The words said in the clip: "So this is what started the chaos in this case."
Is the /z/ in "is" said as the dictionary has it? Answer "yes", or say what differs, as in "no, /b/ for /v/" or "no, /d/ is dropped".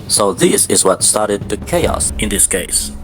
yes